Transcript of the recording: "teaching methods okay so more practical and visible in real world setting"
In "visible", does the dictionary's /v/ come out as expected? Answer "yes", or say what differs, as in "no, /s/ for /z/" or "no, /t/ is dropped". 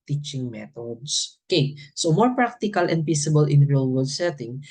no, /p/ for /v/